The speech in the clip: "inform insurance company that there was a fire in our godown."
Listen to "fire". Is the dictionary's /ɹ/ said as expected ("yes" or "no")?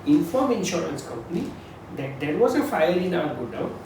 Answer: no